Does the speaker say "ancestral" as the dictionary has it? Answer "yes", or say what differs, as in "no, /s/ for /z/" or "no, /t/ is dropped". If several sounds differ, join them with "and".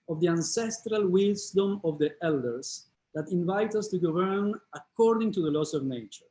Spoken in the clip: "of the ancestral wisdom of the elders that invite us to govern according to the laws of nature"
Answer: yes